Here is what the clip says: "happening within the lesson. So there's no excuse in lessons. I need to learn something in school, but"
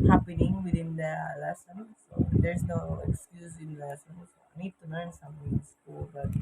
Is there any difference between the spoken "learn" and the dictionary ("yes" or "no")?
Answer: yes